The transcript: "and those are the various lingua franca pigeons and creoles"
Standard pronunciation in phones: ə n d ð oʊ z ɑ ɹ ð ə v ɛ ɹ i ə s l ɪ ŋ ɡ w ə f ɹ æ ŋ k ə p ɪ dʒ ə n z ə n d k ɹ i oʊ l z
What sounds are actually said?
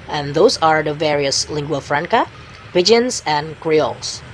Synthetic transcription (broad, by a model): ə n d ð oʊ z ɑ ɹ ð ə v ɛ ɹ i ə s l ɪ ŋ ɡ w ə f ɹ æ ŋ k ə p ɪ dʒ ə n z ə n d k ɹ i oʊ l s